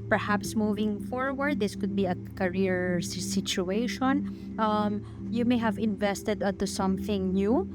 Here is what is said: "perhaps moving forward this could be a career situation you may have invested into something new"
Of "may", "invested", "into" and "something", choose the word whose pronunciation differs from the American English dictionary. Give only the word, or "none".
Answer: none